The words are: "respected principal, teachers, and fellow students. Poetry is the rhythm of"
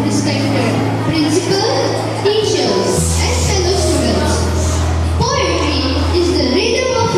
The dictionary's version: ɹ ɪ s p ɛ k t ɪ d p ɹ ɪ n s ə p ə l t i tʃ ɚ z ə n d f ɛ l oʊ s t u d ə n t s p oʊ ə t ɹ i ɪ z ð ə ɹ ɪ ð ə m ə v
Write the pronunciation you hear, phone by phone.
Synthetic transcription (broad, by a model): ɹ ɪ s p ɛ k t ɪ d p ɹ ɪ n s ə p ə l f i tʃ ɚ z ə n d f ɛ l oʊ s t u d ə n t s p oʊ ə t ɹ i ɪ z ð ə l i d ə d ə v